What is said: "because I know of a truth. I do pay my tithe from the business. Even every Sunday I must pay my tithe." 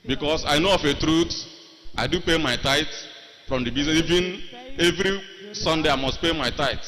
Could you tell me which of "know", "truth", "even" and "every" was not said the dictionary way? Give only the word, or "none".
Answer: truth